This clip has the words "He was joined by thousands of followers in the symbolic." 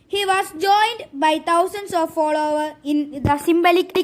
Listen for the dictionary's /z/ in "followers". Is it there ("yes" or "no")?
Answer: no